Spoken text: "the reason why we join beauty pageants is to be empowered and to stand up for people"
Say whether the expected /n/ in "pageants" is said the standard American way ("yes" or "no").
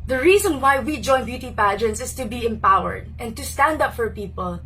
yes